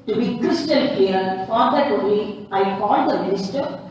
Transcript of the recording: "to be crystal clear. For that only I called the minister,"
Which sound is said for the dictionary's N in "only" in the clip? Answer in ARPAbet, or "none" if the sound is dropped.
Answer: none